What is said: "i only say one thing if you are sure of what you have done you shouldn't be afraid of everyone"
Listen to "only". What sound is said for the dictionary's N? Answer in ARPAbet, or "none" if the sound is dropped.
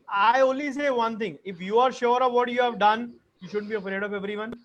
none